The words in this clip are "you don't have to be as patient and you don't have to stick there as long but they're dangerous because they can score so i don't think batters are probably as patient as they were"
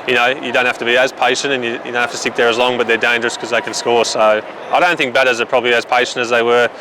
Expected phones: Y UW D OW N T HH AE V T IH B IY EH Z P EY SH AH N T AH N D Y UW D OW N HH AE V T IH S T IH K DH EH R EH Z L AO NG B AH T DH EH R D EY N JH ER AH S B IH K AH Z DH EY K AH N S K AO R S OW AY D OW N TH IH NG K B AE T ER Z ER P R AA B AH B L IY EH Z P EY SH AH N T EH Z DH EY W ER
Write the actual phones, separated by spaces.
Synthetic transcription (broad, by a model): Y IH D OW N T HH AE F T IH B IY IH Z P EY SH AH N T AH N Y Y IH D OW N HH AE T IH S T IH K DH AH R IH Z L AO NG B AH T DH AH R D EY N JH ER AH S K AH Z DH EY K AH N S K AO R S OW AY D OW N TH IH NG K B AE T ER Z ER P R AA B AH B L IY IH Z P EY SH AH N T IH Z DH EY W ER